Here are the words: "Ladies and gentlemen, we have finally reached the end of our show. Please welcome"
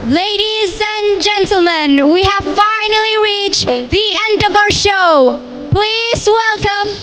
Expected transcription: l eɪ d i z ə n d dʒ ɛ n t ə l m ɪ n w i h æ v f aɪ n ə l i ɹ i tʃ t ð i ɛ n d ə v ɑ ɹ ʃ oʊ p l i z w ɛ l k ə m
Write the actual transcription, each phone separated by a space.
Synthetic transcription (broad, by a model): l eɪ d i z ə n dʒ ɛ n t l m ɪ n w i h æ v f aɪ n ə l i ɹ i tʃ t ð i ɛ n d ə v ɑ ɹ ʃ oʊ p l i z w ɛ l k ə m